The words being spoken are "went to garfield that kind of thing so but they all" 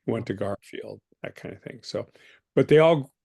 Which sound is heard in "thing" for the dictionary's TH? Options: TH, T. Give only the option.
TH